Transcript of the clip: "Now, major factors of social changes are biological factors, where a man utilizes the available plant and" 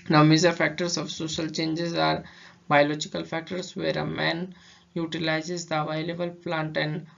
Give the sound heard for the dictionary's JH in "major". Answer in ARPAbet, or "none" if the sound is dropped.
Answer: Z